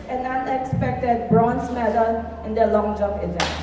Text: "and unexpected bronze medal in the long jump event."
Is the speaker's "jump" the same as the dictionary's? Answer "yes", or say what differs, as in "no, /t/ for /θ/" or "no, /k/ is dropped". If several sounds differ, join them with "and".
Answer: no, /p/ is dropped